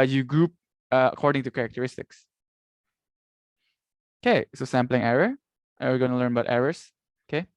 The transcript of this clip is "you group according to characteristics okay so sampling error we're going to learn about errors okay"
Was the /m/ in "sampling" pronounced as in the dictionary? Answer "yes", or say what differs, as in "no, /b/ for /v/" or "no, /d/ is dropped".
yes